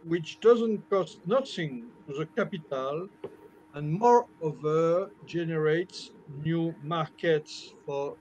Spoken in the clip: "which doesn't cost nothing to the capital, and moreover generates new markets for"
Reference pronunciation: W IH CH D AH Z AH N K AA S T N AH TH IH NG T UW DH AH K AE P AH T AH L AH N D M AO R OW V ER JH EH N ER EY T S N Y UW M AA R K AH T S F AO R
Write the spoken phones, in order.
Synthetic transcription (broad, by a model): W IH CH D AH Z AH N K AA S T N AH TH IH NG T UW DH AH K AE P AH T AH L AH N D M AO R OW V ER JH EH N ER EY T S N Y UW M AA R K AH T S F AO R